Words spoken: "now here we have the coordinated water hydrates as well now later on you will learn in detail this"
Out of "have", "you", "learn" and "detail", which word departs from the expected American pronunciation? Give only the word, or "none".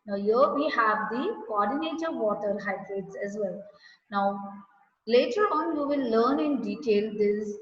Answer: none